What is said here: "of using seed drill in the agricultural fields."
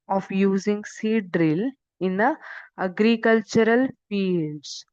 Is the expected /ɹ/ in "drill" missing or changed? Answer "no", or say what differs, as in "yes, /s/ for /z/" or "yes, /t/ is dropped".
no